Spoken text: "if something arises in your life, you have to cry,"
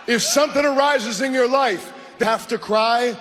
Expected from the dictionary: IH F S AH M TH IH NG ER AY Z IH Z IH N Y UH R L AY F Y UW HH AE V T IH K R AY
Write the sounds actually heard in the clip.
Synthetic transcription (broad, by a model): IH F S AH M TH IH NG ER AY Z IH Z IH N Y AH R L AY F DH HH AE F T IH K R AY